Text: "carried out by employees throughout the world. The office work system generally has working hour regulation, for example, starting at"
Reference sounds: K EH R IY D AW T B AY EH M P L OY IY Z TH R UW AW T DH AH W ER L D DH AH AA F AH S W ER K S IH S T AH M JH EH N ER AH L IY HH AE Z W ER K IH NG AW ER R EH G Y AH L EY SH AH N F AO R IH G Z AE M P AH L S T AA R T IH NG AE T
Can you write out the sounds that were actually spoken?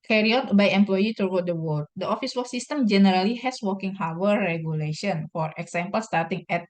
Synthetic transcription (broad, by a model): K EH R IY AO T B AY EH M P L OY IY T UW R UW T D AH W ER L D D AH AA F AH S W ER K S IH S T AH M JH EH N ER AH L IY HH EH S W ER K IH NG AW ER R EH G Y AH L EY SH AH N F AO R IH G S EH M P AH L S T AA R T IH NG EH T